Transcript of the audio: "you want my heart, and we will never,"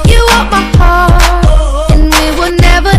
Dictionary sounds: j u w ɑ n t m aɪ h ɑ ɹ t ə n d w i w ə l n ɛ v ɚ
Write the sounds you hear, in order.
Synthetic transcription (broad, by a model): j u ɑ t m aɪ h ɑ ɹ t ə n w i w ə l n ɛ v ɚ